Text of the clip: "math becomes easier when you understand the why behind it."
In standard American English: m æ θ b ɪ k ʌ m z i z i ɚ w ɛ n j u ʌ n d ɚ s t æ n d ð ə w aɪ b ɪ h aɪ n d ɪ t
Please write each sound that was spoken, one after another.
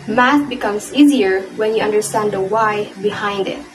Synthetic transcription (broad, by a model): m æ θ b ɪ k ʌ m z i z i ɚ w ɛ n j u ʌ n d ɚ s t æ n d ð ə w aɪ b ɪ h aɪ n d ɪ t